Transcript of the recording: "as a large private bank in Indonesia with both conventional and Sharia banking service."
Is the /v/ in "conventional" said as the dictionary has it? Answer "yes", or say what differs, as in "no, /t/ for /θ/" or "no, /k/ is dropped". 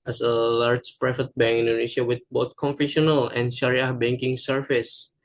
no, /f/ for /v/